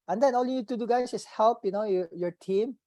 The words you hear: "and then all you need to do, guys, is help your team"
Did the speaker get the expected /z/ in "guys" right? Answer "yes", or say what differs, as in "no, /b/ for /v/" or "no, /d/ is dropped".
no, /s/ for /z/